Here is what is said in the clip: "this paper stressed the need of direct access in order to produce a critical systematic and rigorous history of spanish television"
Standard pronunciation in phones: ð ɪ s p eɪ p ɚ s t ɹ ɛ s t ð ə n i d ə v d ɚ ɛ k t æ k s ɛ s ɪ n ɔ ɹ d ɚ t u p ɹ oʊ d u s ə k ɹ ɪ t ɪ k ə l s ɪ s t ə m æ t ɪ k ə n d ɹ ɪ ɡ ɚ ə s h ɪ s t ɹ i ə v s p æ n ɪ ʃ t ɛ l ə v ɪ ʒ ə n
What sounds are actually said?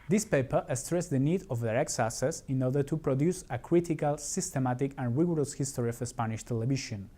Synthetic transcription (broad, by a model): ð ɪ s p eɪ p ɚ s t ɹ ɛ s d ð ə n i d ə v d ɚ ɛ k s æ s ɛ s ɪ n ɔ ɹ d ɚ t u p ɹ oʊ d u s ə k ɹ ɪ t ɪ k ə l s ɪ s t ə m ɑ t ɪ k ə n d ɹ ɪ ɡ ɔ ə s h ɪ s t ɹ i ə s p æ n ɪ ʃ t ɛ l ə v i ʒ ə n